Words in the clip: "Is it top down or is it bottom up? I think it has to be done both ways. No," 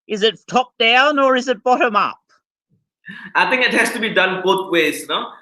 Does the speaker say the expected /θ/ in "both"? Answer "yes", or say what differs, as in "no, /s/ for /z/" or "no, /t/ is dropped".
no, /t/ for /θ/